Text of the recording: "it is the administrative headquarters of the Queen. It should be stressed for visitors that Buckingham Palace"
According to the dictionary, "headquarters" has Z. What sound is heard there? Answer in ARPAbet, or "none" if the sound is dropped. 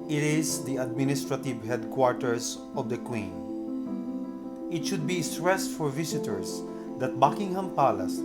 S